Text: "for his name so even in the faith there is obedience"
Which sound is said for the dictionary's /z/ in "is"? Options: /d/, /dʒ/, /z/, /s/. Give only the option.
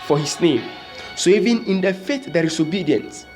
/s/